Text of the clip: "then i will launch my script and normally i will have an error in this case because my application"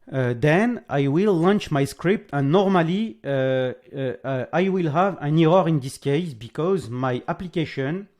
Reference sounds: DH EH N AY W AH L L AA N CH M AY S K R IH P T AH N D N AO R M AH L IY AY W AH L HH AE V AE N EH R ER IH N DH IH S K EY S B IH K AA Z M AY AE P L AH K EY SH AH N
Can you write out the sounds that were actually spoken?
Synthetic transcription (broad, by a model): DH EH N AY W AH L L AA N CH M AY S K R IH P T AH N N AO R M AH L IY AY W AH L HH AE V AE N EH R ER IH N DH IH S K EY S B IH K AA Z M AY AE P L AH K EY SH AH N